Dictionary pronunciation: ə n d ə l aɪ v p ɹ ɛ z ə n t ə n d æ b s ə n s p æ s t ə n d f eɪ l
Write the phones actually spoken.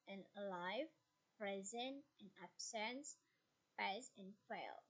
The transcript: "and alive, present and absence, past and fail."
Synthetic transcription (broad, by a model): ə n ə l aɪ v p ɹ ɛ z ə n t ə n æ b s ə n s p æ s ə n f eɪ l